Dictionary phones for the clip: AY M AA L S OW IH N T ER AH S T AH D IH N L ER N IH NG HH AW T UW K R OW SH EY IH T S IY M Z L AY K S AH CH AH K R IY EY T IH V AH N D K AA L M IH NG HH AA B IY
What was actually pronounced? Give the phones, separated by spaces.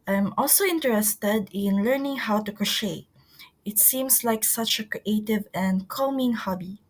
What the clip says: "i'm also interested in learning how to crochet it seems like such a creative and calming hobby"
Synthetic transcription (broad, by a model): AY M AA L S OW IH N T ER AH S T AH D IH N L ER N IH NG HH AW T UW K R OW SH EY IH T S IY M S L AY K S AH CH AH K R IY EY T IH V AH N D K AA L M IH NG HH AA B IY